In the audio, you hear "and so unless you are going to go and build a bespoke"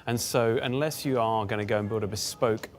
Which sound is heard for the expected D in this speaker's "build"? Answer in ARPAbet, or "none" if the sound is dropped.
D